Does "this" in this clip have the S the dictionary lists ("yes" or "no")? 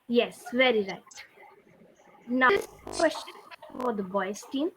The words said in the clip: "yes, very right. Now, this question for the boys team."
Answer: no